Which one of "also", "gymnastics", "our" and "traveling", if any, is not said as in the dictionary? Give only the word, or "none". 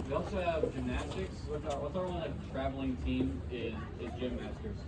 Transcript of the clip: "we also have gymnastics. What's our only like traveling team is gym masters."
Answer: our